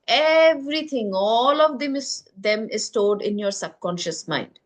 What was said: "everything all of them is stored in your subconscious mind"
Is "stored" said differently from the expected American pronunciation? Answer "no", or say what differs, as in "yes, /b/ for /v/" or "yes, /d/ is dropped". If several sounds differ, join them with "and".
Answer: yes, /l/ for /ɹ/